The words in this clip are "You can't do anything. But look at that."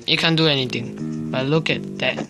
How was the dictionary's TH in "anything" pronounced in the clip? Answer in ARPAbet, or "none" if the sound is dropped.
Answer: T